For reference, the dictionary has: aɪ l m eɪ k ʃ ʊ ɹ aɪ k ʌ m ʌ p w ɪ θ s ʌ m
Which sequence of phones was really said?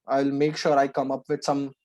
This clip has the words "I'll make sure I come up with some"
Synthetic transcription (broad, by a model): aɪ l m eɪ k ʃ ʊ ɹ aɪ k ʌ m ʌ p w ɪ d s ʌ m